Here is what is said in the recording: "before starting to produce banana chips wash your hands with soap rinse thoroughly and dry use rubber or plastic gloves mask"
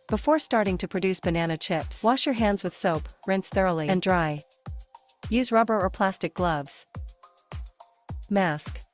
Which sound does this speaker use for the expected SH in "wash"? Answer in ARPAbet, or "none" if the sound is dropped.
SH